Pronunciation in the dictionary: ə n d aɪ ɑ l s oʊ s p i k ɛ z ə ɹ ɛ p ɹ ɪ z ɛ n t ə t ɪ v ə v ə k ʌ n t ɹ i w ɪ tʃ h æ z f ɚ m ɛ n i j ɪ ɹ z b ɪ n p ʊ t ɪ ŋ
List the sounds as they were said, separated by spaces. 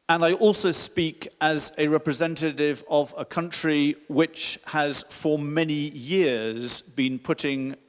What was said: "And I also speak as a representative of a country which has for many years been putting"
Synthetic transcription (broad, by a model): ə n aɪ ɑ l s oʊ s p i k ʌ z ə ɹ ɛ p ɹ ɪ z ɛ n t ə t ɪ v ə v ə k ʌ n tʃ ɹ i w ɪ tʃ h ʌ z f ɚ m ɛ n i j ɪ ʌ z b ɪ n p ʊ t ɪ ŋ